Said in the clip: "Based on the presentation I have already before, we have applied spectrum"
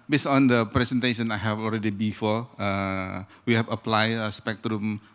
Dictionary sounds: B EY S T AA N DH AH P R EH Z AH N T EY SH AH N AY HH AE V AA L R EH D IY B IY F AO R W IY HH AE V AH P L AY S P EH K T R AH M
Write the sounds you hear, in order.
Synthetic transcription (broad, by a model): B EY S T AA N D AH P R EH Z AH N T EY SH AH N AY HH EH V AA L R EH D IY B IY F AO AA W IY HH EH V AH P L AY S P EH K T R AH M